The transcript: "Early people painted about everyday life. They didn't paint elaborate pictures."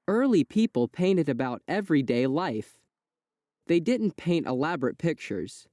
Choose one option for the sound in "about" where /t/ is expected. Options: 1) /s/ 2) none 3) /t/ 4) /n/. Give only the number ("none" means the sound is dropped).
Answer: 3